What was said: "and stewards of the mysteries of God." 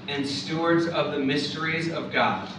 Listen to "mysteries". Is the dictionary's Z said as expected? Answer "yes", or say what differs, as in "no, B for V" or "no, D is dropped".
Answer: yes